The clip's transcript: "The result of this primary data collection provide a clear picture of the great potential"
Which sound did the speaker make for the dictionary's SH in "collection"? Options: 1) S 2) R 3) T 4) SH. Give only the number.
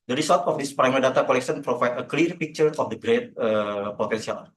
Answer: 1